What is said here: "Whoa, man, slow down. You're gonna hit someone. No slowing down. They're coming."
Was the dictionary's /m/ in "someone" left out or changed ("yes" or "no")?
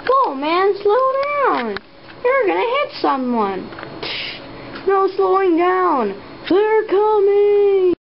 no